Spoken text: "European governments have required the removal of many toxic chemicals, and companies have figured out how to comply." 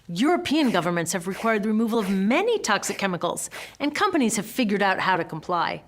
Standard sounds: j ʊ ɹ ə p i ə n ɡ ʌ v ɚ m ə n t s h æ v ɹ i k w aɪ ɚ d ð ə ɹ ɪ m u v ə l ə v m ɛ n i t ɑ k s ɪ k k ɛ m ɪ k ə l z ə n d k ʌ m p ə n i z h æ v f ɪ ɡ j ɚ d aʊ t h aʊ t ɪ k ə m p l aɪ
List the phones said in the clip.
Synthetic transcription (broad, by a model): j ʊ ɹ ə p i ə n ɡ ʌ v ɚ m ə n t s h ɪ v ɹ i k w aɪ ɚ d ð ə ɹ ɪ m u v ə l ə v m ɛ n i t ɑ k s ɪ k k ɛ m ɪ k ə l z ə n k ʌ m p ə n i z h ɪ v f ɪ ɡ j ɚ d aʊ t h aʊ t ɪ k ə m p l aɪ